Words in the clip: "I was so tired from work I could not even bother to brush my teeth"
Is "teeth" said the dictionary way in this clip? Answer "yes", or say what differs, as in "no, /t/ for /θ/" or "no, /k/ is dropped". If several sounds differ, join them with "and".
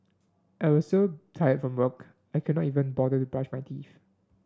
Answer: no, /f/ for /θ/